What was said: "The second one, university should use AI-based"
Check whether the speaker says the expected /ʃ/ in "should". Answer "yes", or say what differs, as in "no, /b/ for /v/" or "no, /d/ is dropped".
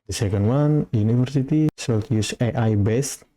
no, /s/ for /ʃ/